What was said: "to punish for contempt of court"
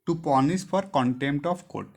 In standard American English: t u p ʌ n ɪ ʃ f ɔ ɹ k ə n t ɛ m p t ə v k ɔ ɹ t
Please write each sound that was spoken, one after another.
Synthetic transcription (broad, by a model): t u p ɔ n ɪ s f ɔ ɹ k ə n t ɛ m p t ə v k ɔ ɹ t